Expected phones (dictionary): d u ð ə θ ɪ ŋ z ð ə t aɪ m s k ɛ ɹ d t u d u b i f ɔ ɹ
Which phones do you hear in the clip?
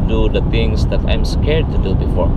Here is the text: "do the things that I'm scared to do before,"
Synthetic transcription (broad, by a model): d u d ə t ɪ ŋ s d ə t aɪ m s k ɛ ɹ d t u d u b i f ɔ ɹ